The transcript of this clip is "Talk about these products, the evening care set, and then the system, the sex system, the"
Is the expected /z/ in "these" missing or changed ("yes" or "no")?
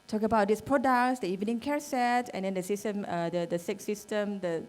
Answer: yes